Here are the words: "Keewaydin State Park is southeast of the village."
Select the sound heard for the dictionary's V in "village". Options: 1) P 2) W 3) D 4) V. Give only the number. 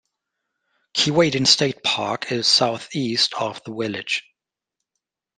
2